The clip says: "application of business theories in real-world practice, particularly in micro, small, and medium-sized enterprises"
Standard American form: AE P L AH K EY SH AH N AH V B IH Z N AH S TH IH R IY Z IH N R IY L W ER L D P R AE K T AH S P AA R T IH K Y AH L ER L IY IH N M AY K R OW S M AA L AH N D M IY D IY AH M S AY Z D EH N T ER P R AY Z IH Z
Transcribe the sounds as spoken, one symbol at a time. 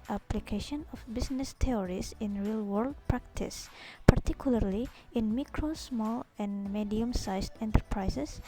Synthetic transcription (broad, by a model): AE P L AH K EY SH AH N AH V B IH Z N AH S T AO R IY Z IH N R IY L W ER L D P R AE K T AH S P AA R T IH K Y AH L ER L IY IH N M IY K R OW S M AA L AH N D M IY D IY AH M S AY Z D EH N T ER P R AY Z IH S